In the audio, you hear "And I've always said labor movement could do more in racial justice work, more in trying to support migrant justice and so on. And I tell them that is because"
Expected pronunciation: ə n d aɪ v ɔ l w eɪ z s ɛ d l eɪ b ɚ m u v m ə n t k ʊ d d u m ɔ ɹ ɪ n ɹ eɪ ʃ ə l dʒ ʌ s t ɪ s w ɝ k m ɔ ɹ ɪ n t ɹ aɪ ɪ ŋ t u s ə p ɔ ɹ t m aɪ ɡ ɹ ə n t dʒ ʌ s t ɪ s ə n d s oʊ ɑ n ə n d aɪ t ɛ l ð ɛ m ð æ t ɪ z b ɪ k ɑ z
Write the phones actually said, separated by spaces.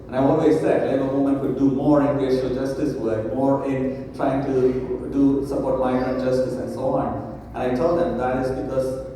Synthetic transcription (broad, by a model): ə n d aɪ ɔ l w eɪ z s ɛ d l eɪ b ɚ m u m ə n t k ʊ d d u m ɔ ɹ ɪ n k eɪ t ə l dʒ ʌ s t ɪ s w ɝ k m ɔ ɹ ɪ n t ɹ aɪ ɪ ŋ t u s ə p ɔ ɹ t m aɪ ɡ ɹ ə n dʒ ʌ s t ɪ s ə n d s oʊ ɑ n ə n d aɪ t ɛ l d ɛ m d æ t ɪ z b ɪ k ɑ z